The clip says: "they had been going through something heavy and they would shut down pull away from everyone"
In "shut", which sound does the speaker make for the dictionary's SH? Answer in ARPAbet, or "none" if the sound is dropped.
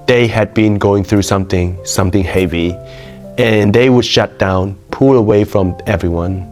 SH